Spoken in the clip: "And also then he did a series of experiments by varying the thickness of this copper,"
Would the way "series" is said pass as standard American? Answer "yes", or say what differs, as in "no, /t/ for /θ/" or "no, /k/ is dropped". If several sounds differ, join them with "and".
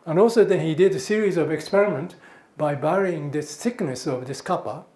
yes